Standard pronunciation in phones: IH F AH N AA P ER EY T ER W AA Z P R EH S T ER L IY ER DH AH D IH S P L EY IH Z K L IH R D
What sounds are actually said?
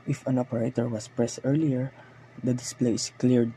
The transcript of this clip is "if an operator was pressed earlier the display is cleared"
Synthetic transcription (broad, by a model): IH F AH N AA P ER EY T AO W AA S P R EH S T ER L IY ER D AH D IH S P L EY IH S K L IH R D